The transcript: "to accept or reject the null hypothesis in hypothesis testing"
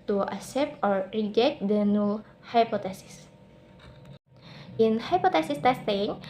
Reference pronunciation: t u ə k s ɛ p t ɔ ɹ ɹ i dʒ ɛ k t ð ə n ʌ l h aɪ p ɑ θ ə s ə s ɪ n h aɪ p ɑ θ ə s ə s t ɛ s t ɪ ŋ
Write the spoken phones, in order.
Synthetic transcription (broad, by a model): t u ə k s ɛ p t ɔ ɹ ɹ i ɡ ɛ t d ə n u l h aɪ p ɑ t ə s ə s ɪ n h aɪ p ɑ t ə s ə s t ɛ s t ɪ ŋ